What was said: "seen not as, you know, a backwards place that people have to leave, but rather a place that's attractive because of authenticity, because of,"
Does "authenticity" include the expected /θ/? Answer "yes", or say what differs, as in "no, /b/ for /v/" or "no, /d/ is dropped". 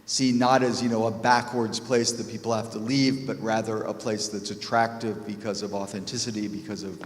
yes